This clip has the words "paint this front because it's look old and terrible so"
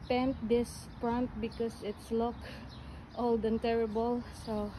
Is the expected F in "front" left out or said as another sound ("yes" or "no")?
yes